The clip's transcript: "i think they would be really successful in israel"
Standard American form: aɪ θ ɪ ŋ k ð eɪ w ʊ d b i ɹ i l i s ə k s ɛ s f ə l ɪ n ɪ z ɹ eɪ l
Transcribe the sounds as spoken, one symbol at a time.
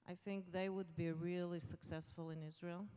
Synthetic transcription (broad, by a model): aɪ θ ɪ ŋ k ð eɪ w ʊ d b i ɹ i l i s ə k s ɛ s f ə l ɪ n ɪ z ɹ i l